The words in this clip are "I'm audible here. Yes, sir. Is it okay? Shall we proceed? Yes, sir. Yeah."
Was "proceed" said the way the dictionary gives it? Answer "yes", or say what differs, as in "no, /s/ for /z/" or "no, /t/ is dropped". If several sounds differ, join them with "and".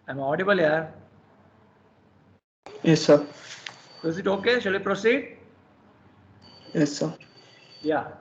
yes